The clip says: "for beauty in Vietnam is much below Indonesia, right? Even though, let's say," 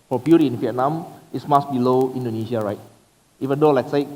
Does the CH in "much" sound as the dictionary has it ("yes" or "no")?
no